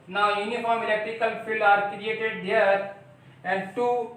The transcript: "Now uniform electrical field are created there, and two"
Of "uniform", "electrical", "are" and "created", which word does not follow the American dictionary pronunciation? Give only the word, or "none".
none